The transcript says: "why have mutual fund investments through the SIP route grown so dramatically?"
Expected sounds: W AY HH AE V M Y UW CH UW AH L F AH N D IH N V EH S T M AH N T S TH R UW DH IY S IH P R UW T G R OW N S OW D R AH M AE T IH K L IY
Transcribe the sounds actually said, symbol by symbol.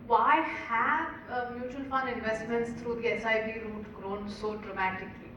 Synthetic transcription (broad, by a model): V AY HH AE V M Y UW CH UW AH L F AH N D IH N V EH S T M AH N T S T R UW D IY S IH B R UW T G R OW N S OW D R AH M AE T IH K L IY